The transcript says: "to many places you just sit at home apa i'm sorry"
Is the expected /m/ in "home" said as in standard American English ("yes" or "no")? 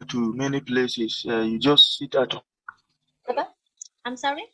no